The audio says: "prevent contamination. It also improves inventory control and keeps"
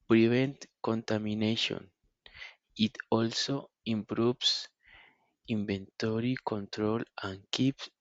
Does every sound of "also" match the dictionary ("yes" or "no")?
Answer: yes